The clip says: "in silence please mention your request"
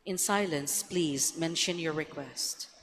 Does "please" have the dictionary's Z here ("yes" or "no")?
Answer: yes